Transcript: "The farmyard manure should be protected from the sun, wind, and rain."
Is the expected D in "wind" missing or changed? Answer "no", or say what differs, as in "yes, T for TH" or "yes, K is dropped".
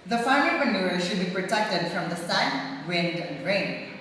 no